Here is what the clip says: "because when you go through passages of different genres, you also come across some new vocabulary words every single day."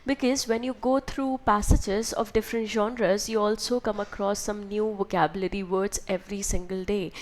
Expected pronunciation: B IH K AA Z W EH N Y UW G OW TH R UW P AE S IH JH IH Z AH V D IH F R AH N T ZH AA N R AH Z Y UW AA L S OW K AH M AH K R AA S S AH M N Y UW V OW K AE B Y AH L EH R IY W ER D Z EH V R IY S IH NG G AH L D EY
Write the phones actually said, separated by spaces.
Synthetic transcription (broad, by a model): B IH K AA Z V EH N Y UW G OW T R UW P AE S IH JH IH Z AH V D IH F R AH N T ZH AA N R AH Z Y UW AA L S OW K AH M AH K R AA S S AH M N Y UW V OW K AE B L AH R IY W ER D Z EH V R IY S IH NG G AH L D EY